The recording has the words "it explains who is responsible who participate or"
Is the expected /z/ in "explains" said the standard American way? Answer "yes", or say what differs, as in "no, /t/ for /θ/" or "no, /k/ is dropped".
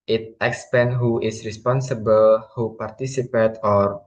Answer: no, /z/ is dropped